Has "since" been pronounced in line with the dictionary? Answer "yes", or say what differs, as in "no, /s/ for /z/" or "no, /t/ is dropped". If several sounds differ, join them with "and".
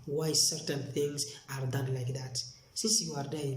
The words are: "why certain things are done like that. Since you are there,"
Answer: no, /n/ is dropped